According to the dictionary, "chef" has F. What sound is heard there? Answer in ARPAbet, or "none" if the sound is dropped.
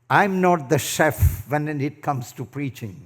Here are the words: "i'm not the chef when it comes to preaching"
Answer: F